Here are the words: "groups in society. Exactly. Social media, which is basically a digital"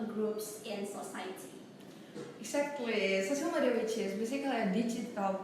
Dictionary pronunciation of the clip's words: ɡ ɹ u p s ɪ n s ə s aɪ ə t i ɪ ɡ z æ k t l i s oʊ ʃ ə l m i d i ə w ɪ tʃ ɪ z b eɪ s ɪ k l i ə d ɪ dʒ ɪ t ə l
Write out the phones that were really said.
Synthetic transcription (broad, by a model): ɡ ɹ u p s ɪ n s ə s aɪ ə t i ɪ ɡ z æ k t l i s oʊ s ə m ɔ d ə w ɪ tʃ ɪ s b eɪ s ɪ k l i ə d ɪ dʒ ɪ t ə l